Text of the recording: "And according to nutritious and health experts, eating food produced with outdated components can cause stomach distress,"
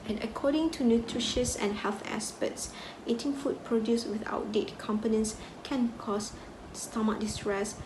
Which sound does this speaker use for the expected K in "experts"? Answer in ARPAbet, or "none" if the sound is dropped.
none